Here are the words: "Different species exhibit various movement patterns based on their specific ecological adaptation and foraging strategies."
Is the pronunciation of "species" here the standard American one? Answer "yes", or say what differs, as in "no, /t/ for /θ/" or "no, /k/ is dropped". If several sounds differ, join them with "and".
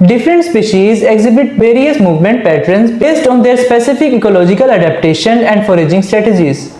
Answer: yes